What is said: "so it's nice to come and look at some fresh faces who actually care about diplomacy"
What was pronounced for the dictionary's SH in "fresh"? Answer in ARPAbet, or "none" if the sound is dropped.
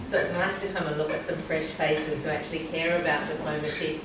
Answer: SH